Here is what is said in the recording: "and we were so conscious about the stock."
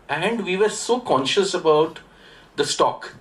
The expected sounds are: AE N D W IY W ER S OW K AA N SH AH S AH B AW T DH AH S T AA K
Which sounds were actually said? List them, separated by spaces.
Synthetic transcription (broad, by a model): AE N D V IY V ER S OW K AA N SH AH S AH B AW T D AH S T AA K